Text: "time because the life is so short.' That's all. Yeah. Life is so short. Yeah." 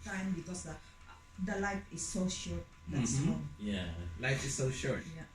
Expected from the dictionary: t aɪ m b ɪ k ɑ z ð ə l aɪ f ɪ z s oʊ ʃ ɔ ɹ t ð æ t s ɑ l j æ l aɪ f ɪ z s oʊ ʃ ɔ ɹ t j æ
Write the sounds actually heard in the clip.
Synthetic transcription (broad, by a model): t aɪ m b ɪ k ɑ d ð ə l aɪ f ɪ s oʊ ʃ ɔ ɹ t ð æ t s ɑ n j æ l aɪ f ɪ s oʊ ʃ ɔ ɹ t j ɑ